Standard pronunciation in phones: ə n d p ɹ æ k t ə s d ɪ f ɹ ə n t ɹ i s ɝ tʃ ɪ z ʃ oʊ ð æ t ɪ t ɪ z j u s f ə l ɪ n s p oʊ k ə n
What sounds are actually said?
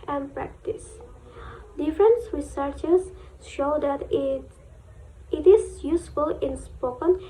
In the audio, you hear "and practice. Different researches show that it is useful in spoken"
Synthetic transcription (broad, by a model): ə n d p ɹ æ k t ə s d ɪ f ɹ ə n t ɹ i s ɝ tʃ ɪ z ʃ oʊ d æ t ɪ t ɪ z j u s f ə l ɪ n s p oʊ k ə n